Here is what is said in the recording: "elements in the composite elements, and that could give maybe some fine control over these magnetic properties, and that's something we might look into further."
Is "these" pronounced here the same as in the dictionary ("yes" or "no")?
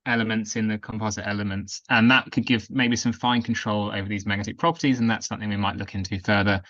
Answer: yes